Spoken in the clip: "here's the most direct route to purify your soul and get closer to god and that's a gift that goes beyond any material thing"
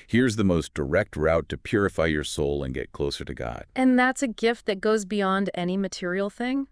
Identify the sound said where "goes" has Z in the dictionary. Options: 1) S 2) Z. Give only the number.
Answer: 2